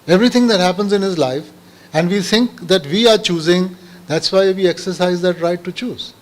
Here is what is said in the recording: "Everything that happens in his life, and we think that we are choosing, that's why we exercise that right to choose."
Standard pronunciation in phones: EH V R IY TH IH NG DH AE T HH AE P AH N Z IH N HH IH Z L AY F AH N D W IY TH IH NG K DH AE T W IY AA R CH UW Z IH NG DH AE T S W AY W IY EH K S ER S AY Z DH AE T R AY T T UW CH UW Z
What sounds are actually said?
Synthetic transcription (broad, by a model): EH V R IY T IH NG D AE T HH AE P AH N Z IH N HH IH Z L AY F AH N D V IY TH IH NG K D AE T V IY AA R CH UW Z IH NG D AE T S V AY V IY EH K S ER S AY Z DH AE T R AY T T UW CH UW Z